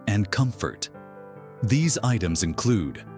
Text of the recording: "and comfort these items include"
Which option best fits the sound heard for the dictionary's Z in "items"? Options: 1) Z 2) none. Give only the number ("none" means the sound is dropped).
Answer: 1